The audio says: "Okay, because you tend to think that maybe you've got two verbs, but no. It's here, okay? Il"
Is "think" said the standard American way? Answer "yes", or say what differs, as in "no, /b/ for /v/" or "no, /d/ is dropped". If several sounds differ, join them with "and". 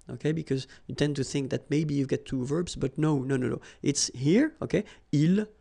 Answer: yes